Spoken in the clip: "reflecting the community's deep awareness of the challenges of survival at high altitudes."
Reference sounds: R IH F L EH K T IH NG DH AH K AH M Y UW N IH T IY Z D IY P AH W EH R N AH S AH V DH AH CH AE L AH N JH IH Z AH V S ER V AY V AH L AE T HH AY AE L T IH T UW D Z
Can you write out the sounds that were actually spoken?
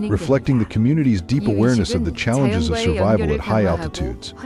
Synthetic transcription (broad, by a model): R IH F L EH K T IH NG DH AH K AH M Y UW N IH T IY Z D IY P AH W EH R N AH S AH V DH AH CH AE L AH N JH IH Z AH V S ER V AY V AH L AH T HH AY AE L T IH T UW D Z